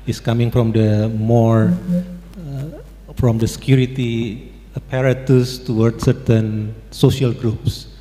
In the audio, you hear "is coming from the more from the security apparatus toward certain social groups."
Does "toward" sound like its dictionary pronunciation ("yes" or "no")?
yes